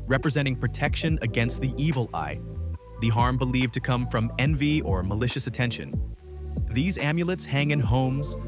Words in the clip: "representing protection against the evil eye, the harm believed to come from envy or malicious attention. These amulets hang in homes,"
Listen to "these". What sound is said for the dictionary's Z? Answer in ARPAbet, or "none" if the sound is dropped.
Z